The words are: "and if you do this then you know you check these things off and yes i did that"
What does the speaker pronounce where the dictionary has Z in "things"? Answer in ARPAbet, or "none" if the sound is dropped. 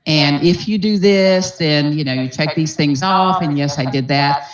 Z